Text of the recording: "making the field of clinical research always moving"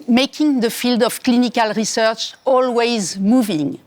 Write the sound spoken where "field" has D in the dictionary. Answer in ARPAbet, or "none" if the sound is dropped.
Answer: D